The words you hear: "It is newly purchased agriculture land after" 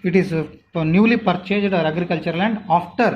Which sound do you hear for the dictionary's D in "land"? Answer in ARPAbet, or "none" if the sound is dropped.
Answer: D